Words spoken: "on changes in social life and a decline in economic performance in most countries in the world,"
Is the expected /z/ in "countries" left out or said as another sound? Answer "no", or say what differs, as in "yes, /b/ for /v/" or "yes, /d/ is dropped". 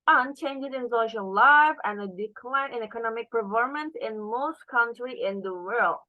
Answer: yes, /z/ is dropped